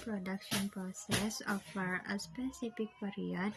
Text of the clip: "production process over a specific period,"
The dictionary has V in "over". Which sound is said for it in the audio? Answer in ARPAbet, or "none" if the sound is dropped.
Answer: F